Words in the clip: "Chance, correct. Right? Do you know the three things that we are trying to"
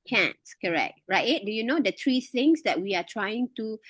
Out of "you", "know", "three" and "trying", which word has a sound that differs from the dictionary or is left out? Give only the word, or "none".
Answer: three